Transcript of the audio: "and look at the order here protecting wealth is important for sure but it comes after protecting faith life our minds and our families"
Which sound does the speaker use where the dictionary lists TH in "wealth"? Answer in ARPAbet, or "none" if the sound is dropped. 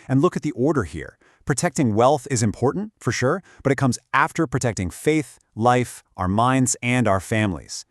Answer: TH